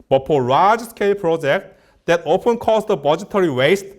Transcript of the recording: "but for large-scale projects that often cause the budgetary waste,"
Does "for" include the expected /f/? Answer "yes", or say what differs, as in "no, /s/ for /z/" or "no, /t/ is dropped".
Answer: no, /p/ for /f/